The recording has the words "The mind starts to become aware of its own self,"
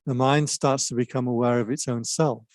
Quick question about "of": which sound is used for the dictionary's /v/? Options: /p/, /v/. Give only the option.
/v/